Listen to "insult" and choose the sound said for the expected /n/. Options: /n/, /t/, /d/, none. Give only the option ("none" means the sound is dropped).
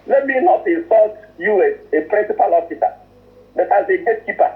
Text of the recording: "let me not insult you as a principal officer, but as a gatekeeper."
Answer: none